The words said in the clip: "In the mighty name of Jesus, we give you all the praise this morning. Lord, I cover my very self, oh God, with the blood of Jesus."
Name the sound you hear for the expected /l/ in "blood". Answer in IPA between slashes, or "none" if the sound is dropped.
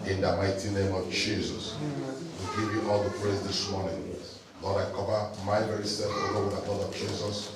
none